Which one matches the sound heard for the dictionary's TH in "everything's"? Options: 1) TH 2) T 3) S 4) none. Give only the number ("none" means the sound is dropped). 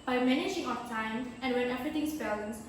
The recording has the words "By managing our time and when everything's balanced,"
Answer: 2